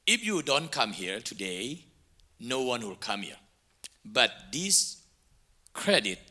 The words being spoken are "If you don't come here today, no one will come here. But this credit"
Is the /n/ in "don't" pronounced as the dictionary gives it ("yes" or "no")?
yes